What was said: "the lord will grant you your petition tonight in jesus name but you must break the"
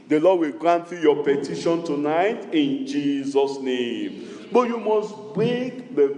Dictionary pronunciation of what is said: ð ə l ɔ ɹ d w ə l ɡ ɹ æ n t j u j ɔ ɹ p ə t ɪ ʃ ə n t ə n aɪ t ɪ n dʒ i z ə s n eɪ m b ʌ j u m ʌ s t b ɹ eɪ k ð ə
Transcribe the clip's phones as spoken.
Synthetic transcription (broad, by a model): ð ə l ɔ d w ə l ɡ ɹ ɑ n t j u j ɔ p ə t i ʃ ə n t ə n aɪ t ɪ n dʒ i z ə s n eɪ m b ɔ j u m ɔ s t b eɪ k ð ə